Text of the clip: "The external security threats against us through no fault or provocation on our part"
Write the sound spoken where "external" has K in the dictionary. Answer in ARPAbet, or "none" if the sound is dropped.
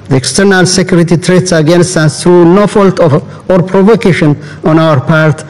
K